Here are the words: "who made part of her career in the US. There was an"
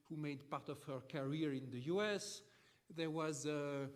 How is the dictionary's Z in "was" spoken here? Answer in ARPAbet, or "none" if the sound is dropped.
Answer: Z